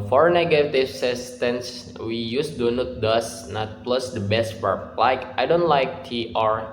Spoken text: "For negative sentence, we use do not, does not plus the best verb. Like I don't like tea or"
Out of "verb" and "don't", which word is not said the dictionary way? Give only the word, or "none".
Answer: verb